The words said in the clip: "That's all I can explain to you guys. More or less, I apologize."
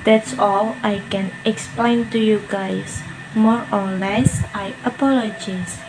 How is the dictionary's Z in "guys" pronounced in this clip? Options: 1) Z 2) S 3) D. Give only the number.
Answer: 2